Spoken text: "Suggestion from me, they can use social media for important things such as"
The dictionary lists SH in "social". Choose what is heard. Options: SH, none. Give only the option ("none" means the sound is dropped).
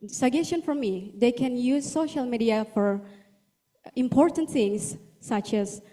SH